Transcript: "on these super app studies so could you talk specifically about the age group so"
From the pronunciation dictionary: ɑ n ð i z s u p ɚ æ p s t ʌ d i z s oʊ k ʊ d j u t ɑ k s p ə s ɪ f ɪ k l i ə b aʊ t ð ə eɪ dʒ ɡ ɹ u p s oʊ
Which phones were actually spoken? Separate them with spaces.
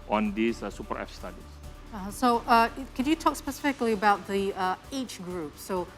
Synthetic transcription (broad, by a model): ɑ n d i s s u p ɚ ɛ f s t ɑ d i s s oʊ k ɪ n j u t ɑ k s p ə s ɪ f ɪ k l i ə b aʊ t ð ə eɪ tʃ ɡ ɹ u p s oʊ